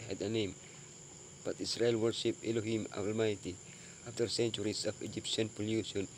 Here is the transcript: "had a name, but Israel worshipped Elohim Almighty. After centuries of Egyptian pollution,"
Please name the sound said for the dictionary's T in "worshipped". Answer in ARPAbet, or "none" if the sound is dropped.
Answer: none